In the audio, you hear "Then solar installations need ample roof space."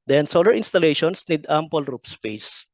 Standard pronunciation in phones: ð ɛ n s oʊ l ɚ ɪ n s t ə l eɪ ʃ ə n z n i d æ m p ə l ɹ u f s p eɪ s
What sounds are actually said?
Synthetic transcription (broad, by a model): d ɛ n s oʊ l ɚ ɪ n s t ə l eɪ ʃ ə n s n i d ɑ m p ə l ɹ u p s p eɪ s